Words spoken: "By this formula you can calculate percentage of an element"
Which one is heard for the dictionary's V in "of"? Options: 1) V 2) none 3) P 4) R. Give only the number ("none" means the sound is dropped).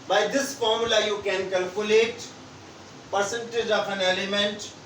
3